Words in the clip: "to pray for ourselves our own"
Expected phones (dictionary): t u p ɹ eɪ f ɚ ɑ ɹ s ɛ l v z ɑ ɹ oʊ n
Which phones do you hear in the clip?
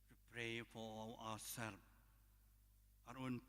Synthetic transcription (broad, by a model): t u p ɹ eɪ f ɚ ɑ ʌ s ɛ l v ɑ ɹ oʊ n